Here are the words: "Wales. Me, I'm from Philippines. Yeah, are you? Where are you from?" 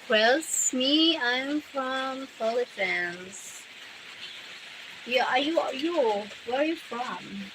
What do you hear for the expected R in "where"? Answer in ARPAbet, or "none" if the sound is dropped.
W